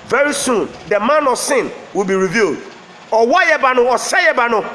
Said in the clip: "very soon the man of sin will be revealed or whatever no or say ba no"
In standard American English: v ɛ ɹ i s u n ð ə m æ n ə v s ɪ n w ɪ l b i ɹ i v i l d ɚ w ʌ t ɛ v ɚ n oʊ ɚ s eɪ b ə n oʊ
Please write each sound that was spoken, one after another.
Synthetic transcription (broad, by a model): v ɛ ɹ i s u n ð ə m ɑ n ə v s ɪ n w ɪ l b i ɹ i v i l d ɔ w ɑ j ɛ b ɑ n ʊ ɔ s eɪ b ə n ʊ